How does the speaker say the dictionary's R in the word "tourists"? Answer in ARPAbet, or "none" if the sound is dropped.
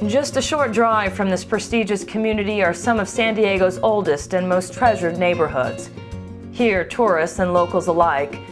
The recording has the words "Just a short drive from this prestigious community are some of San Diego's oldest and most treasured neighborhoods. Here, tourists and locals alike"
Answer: R